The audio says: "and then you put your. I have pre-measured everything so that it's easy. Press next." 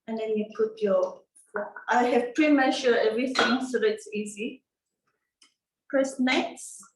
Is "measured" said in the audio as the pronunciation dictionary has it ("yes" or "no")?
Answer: no